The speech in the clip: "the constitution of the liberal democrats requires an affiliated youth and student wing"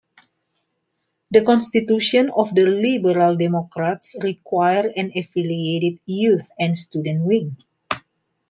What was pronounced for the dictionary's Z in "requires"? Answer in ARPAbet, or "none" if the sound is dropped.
none